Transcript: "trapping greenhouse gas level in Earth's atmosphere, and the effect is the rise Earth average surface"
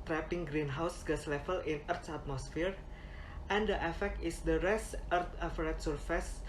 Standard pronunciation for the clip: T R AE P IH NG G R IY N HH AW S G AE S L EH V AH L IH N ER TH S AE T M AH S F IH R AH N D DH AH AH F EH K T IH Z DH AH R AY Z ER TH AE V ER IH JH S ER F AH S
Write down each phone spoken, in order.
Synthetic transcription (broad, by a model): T R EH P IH NG G R IY N HH AW S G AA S L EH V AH L IH N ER T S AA T M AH S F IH R AH N D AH AH F EH K T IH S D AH R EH S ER T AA F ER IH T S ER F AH S